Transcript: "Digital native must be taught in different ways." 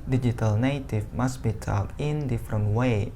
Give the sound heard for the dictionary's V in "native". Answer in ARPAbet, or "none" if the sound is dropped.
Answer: F